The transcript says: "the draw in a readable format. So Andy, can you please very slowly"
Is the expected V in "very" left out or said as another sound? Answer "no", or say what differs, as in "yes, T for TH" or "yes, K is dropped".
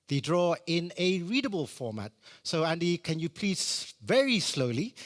no